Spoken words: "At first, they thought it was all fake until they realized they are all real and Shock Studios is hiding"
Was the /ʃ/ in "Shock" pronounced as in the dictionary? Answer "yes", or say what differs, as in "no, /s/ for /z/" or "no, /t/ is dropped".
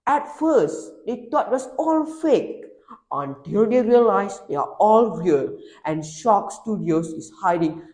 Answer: yes